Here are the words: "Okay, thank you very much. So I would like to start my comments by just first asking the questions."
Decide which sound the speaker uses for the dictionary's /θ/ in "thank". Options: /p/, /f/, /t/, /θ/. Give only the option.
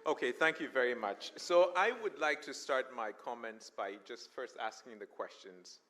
/θ/